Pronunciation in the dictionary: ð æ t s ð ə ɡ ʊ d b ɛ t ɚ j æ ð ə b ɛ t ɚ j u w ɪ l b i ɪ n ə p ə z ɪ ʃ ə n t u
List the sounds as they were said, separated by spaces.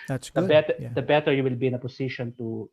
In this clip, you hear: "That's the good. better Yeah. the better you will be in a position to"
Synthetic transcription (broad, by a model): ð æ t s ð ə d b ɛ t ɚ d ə b ɛ t ɚ j u w ɪ l b i ɪ n ə p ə s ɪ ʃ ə n t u